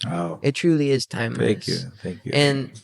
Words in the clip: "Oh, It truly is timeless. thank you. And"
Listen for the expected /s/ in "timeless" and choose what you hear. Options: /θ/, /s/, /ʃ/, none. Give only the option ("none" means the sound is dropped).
none